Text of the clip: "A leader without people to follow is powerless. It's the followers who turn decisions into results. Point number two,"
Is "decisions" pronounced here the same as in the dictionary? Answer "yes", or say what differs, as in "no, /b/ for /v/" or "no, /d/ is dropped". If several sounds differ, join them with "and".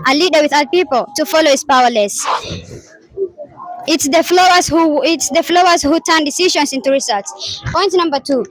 no, /s/ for /z/